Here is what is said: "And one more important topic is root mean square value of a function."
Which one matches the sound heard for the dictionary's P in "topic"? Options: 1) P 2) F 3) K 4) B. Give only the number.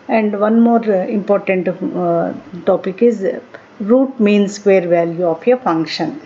1